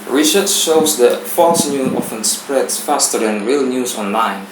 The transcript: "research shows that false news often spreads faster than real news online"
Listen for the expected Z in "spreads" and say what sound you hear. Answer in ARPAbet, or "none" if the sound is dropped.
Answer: none